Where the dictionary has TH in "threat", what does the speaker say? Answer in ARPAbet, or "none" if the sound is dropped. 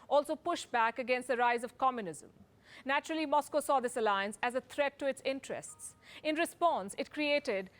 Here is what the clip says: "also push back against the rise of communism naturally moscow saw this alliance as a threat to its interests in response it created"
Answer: T